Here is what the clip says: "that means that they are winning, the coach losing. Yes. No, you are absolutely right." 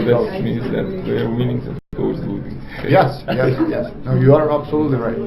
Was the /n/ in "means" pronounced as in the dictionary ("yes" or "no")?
no